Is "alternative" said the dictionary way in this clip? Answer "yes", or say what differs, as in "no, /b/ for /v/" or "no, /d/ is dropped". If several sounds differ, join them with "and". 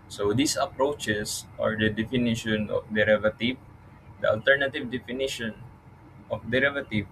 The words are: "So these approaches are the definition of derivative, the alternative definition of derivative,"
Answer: yes